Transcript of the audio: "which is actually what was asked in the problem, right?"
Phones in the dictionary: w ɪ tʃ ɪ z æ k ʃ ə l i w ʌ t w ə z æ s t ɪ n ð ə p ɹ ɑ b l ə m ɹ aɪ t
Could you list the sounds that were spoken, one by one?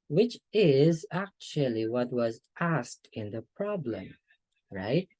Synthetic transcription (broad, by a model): w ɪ tʃ ɪ z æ k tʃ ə l i w ʌ t w ə z æ s t ɪ n ð ə p ɹ ɑ b l ə m ɹ aɪ t